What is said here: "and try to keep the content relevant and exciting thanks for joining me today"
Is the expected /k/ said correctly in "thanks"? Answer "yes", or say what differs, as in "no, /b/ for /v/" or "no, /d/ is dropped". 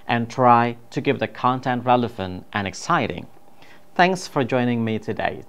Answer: yes